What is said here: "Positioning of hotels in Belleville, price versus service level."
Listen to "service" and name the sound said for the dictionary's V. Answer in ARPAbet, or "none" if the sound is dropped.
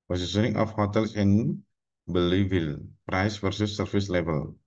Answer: F